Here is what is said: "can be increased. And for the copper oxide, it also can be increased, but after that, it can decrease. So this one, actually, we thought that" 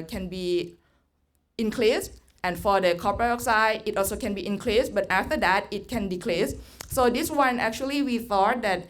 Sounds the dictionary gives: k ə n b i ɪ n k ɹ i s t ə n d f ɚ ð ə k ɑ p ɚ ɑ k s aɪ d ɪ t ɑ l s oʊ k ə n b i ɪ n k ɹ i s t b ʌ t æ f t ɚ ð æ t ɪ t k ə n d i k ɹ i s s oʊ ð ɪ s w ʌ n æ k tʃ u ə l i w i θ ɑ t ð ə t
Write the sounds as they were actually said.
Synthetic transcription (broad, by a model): k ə n b i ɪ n k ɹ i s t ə n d f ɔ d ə k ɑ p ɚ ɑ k s aɪ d ɪ t ɑ l s oʊ k ə n b i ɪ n k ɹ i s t b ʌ t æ f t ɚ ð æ t ɪ t k ə n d i k l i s s oʊ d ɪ s w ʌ n æ k tʃ u ə l i w i θ ɑ t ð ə t